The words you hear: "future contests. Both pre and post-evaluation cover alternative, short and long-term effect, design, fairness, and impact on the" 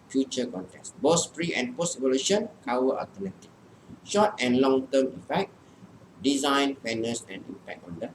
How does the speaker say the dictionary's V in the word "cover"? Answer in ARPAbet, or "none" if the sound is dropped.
W